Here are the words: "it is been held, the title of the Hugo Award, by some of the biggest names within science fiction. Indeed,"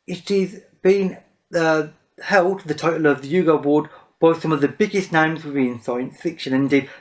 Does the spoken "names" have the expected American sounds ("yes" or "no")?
yes